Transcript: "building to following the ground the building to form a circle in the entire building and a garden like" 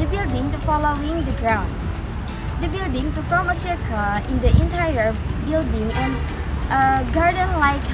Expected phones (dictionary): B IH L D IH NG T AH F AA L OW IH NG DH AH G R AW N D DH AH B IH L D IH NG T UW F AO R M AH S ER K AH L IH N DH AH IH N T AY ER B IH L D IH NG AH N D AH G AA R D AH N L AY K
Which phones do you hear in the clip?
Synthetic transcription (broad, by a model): B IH L D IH NG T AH F AA L OW IH NG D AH G R AW N D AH B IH L D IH NG T UW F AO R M AH S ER K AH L IH N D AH IH N T AY ER B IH L D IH NG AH N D AH G AA R D AH N L AY K